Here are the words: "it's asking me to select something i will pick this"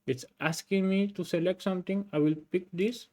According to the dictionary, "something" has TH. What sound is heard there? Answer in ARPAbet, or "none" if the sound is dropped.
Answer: T